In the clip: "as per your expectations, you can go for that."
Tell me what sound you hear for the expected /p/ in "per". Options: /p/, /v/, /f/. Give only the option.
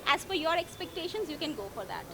/f/